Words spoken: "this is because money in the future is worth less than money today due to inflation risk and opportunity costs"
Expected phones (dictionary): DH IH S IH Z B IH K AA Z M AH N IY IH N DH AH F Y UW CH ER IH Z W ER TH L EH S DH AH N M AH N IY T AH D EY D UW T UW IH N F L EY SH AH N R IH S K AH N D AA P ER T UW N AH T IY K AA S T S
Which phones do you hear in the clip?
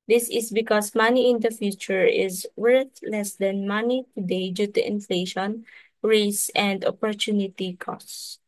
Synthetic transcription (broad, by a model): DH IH S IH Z B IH K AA S M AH N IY IH N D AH F Y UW CH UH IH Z W ER TH L EH S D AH N M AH N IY T AH D EY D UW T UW IH N F L EY SH AH N R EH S AH N D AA P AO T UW N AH T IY K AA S S